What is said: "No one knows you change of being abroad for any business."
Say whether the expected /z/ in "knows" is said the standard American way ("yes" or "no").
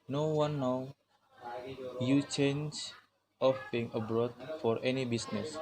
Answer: no